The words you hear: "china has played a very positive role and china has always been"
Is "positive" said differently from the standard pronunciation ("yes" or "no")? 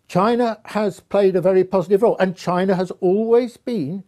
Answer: no